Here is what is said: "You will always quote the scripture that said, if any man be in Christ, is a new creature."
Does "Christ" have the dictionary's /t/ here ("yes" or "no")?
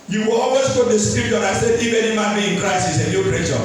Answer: no